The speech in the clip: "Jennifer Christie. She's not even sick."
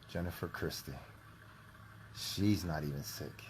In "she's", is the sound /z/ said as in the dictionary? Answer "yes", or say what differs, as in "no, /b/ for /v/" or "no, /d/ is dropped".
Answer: yes